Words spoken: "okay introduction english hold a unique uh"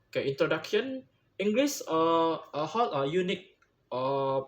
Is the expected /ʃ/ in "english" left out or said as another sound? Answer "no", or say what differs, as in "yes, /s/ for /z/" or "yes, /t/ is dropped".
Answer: yes, /s/ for /ʃ/